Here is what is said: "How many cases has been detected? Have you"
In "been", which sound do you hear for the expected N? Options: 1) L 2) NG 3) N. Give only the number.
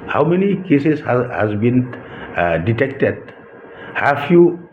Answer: 3